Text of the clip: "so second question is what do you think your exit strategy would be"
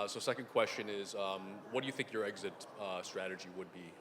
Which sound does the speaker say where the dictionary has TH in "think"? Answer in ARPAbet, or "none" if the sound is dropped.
TH